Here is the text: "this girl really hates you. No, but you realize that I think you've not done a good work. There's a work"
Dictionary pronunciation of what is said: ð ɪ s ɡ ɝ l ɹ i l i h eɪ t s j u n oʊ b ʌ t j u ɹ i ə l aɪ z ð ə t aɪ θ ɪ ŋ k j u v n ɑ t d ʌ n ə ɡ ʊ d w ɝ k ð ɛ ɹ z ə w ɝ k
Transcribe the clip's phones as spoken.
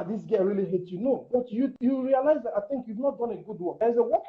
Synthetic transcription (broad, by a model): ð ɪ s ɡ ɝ ɹ i l i h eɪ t j u n oʊ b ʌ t j u ɹ i ə l aɪ z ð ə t aɪ θ ɪ ŋ k j u v n ɑ t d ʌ n ə ɡ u d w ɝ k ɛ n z ə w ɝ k